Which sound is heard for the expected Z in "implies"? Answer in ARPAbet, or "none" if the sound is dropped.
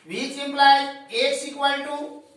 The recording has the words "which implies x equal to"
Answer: none